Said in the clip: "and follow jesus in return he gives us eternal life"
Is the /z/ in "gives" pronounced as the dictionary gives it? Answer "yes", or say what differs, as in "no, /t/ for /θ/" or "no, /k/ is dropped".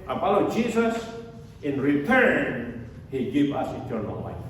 no, /z/ is dropped